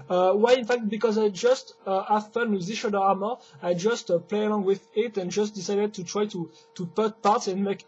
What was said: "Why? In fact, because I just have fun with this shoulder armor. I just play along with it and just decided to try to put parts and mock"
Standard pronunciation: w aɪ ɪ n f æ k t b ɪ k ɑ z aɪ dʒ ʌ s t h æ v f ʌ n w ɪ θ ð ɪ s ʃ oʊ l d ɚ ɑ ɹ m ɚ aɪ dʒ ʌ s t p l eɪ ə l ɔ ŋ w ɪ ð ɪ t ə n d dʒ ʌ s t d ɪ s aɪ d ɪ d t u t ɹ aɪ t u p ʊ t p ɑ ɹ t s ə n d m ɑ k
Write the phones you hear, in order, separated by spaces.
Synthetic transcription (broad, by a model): w aɪ ɪ n f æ k t b ɪ k ɑ z aɪ dʒ ʌ s t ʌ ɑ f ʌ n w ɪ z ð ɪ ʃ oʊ d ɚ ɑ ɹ m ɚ aɪ dʒ ʌ s t p l eɪ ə l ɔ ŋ w ɪ ð ɪ t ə n dʒ ʌ s t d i s aɪ d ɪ d t u t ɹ aɪ t u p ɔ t p ɑ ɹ t s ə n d m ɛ k